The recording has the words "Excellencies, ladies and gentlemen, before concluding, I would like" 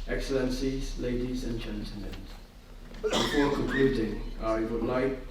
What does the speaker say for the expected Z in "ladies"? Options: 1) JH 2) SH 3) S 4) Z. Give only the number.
4